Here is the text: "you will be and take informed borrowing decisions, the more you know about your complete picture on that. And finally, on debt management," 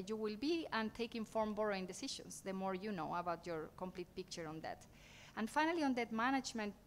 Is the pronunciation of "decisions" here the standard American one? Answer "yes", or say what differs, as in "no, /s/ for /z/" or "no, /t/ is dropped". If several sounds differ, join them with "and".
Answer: no, /ʃ/ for /ʒ/ and /s/ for /z/